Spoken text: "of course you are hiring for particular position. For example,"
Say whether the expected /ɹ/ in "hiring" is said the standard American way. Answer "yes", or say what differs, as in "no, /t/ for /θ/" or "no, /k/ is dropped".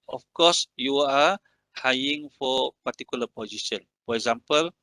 no, /ɹ/ is dropped